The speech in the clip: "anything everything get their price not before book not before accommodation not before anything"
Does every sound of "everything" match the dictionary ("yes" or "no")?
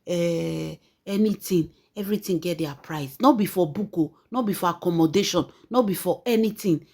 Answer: no